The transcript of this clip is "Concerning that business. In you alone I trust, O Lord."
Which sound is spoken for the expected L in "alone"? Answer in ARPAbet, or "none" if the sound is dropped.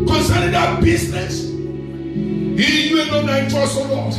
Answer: N